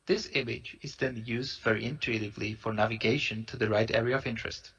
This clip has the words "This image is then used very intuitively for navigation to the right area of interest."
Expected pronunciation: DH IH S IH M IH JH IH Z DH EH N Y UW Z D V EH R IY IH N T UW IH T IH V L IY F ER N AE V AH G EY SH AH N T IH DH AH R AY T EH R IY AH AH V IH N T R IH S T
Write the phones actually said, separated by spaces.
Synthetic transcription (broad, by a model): DH IH S IH M IH JH IH Z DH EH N Y UW Z D V EH R IY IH N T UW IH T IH V L IY F ER N AE V AH G EY SH AH N T IH DH AH R AY T EH R IY AH AH V IH N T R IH S T